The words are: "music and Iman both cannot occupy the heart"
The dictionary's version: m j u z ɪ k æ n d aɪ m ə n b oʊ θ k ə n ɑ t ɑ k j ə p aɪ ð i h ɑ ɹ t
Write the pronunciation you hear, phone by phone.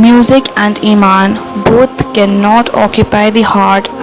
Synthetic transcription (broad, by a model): m j u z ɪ k æ n d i m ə n b oʊ t k ə n ɑ t ɑ k j ə p aɪ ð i h ɑ ɹ t